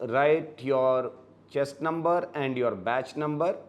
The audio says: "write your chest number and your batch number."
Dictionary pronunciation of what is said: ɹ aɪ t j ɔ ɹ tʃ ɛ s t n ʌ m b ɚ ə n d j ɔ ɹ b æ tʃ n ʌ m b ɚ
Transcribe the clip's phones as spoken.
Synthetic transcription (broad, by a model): ɹ aɪ t j ɔ ɹ tʃ ɛ s t n ʌ m b ɚ ə n d j ɔ ɹ b æ tʃ n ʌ m b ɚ